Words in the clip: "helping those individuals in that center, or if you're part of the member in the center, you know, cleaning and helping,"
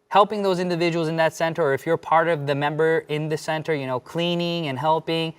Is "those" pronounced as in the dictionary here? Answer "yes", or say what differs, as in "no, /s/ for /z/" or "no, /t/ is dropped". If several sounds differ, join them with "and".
yes